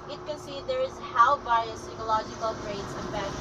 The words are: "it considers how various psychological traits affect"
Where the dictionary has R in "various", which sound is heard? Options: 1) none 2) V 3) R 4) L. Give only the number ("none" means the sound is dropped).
1